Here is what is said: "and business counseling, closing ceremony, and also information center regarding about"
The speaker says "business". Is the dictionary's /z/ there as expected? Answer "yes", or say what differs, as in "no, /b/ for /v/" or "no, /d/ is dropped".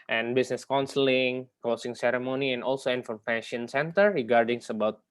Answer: no, /s/ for /z/